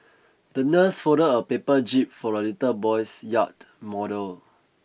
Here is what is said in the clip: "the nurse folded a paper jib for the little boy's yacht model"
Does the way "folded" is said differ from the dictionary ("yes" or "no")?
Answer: yes